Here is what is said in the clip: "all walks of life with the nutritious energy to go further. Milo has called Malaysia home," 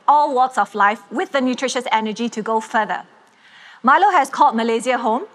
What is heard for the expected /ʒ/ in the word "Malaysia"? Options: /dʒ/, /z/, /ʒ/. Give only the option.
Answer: /z/